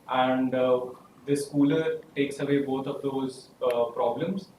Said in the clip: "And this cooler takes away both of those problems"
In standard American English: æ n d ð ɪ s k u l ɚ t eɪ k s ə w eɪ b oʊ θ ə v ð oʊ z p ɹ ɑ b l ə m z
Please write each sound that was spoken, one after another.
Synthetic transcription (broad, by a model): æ n d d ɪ s k u l ɚ t eɪ k s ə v eɪ b oʊ t ə v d oʊ z p ɹ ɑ b l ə m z